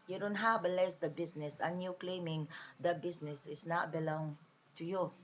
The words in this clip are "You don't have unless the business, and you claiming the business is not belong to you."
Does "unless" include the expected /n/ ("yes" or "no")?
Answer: no